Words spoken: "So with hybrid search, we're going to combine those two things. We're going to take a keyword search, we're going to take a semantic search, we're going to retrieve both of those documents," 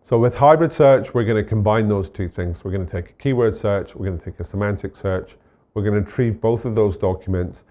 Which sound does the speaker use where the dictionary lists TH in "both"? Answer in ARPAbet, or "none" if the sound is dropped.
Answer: TH